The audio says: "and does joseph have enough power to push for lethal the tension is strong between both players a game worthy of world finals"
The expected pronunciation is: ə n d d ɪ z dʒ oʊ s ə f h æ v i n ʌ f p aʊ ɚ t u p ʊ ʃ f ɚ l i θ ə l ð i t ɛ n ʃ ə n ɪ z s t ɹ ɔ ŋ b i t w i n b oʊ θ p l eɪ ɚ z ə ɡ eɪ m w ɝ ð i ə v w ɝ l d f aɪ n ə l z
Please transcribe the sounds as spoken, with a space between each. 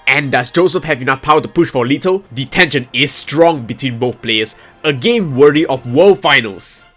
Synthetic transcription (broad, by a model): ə n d d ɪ s dʒ oʊ s ə f h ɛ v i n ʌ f p aʊ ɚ t u p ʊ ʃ f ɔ l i t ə l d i t ɛ n ʃ ə n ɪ s t ɹ ɔ ŋ b i t w i n b oʊ θ p l eɪ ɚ s ə ɡ eɪ m w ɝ i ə f w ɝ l f aɪ n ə l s